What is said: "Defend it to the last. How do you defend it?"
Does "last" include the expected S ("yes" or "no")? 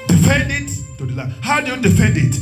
no